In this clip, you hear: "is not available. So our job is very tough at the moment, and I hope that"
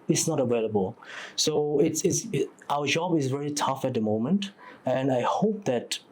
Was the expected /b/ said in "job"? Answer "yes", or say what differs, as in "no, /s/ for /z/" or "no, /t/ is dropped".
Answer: yes